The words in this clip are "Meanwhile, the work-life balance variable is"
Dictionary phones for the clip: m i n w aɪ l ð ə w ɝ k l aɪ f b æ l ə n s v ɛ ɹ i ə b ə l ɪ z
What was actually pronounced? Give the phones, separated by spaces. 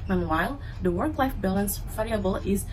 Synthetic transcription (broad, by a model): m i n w aɪ l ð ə w ɝ k l aɪ f b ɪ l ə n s f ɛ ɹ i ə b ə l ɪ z